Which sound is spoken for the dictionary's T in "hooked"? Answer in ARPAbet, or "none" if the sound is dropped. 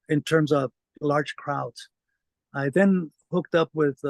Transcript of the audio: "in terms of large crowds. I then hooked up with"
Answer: T